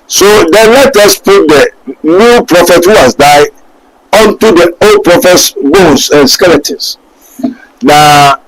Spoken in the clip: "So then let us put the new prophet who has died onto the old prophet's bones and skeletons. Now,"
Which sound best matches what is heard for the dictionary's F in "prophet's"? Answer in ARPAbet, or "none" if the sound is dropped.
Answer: F